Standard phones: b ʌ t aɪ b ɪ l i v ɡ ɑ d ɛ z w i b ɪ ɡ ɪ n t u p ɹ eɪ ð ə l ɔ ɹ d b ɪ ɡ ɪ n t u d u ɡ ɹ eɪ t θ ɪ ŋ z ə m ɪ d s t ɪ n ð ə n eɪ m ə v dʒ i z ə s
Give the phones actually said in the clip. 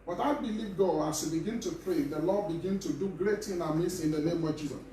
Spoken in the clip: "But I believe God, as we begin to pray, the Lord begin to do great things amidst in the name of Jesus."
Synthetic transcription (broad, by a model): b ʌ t aɪ b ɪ l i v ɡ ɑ ɑ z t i b ɪ ɡ ɪ n t u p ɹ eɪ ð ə l ɔ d b ɪ ɡ ɪ n t u d u ɡ ɹ eɪ t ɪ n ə m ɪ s ɪ n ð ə n eɪ m ə v dʒ i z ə s